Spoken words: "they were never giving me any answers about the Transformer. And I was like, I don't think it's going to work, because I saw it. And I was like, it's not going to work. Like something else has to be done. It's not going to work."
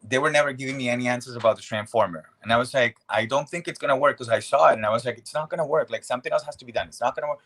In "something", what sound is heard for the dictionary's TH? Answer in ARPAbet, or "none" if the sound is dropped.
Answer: TH